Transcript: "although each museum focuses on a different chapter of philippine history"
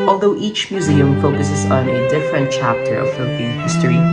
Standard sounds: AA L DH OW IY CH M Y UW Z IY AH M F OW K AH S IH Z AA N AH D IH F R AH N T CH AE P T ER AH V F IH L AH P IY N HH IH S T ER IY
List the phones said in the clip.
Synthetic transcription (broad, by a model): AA L DH OW IY CH M Y UW Z IY AH M F OW K AH S IH Z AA N AH D IH F R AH N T CH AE P T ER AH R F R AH B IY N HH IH S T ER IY